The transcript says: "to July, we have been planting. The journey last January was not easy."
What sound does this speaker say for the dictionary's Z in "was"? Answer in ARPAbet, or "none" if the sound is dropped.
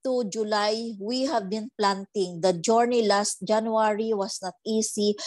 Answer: S